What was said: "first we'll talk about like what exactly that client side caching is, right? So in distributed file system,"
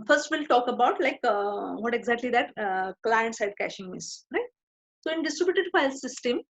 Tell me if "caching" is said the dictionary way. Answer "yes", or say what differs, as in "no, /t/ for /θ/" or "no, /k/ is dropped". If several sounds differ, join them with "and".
yes